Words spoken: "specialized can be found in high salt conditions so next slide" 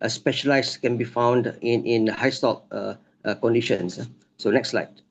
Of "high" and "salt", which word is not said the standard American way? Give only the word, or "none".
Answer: salt